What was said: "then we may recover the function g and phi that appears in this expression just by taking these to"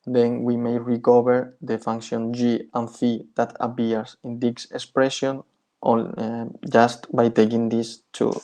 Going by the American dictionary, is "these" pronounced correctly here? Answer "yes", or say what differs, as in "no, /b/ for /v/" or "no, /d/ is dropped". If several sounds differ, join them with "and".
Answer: no, /s/ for /z/